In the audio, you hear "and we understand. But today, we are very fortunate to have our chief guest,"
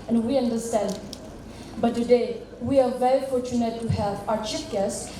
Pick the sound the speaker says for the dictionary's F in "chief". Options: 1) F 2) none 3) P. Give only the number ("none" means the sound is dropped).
3